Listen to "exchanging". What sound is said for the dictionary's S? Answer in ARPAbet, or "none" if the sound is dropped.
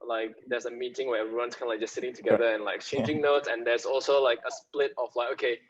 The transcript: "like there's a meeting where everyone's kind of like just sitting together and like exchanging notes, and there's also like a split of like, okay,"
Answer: none